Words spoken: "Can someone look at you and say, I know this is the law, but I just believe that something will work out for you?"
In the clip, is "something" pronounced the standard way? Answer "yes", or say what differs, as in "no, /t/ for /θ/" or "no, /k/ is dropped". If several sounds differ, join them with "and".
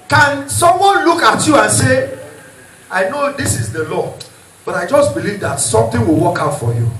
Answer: no, /t/ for /θ/